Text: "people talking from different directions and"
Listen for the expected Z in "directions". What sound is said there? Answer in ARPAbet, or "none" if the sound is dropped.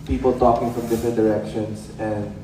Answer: S